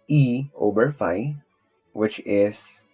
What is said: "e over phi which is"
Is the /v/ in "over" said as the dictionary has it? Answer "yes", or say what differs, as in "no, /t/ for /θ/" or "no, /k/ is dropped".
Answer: no, /b/ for /v/